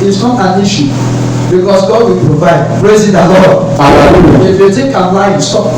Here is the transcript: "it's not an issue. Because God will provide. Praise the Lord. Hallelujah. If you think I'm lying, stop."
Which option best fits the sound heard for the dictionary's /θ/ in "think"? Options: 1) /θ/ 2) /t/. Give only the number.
2